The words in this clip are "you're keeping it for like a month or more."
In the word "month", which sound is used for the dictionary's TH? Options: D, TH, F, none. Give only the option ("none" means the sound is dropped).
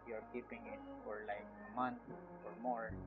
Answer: F